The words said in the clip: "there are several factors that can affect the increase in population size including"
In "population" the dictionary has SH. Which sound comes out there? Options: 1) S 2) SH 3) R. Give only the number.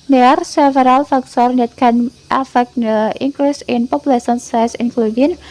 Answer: 1